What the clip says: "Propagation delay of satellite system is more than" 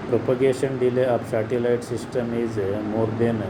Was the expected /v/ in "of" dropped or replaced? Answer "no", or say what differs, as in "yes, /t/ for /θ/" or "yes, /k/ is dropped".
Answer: yes, /p/ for /v/